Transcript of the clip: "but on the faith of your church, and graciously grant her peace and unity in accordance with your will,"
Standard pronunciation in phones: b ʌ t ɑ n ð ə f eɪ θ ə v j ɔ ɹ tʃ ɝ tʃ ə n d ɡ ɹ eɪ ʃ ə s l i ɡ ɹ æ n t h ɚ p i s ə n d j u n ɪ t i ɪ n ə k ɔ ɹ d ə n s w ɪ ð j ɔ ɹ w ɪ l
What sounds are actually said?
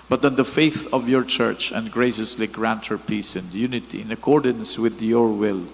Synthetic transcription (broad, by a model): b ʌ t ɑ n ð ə f eɪ θ ə v j ɔ ɹ tʃ ɝ tʃ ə n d ɡ ɹ eɪ ʃ ə s l i ɡ ɹ æ n t h ɚ p i s ə n d j u n ɪ t i ɪ n ə k ɔ ɹ d ə n s w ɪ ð j ɔ ɹ w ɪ l